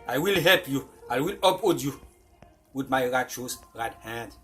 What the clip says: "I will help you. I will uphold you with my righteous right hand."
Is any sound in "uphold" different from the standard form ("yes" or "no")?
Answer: yes